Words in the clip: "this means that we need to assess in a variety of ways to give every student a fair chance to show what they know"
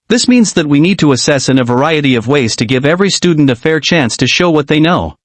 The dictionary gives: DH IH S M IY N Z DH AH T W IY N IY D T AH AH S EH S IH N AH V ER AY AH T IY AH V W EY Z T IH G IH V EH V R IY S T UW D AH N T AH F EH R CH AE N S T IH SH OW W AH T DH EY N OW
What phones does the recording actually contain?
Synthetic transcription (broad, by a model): DH IH S M IY N Z DH AH T W IY N IY D T AH AH S EH S IH N AH V ER AY AH T IY AH V W EY Z T IH G IH V EH V R IY S T UW D N T AH F EH R CH AE N S T IH SH OW W AH T DH EY N OW